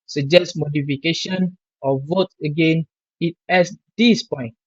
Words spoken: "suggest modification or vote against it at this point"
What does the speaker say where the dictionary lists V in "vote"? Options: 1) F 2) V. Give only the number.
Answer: 2